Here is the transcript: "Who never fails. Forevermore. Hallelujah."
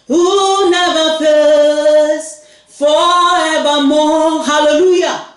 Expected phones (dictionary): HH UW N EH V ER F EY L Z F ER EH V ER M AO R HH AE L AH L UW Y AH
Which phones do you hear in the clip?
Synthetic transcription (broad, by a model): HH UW N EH V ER P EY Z F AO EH V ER M AO HH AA L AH L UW Y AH